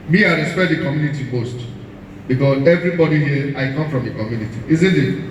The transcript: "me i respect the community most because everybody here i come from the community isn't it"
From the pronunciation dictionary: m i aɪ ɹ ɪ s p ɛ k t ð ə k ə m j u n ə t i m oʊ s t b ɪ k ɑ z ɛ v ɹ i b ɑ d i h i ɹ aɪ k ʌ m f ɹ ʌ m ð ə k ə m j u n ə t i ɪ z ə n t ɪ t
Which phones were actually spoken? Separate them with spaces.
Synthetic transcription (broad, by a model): m i aɪ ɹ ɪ s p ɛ t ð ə k ə m j u n ə t i m oʊ s t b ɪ k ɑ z ɛ v ɹ i b ɑ d i h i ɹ aɪ k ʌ m f ɹ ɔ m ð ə k ə m j u n ə t i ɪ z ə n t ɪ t